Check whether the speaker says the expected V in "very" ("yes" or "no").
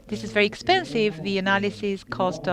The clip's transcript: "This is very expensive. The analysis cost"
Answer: yes